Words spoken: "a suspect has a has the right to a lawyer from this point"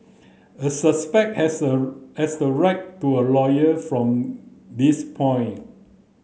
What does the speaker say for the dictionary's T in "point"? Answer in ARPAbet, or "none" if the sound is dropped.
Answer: none